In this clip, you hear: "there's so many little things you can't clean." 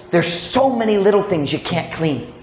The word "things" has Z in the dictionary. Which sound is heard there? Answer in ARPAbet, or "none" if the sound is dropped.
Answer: Z